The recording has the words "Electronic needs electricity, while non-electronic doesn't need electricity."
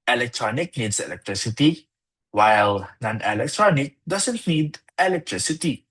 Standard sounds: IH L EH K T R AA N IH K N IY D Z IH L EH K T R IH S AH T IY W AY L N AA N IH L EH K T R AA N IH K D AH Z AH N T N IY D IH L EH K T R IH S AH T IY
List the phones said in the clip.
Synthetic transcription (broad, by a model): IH L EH K T R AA N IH K N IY D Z IH L EH K T R IH S AH T IY W AY L N AA N IH L EH K T R AA N IH K D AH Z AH N T N IY D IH L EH K T R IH S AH T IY